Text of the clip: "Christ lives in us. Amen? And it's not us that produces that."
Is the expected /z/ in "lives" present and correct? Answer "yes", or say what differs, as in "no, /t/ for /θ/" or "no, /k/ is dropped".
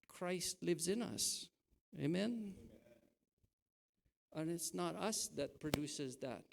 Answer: yes